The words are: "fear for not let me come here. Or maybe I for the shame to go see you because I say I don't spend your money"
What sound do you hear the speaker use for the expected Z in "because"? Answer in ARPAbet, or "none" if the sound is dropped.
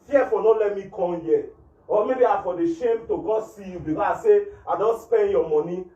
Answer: none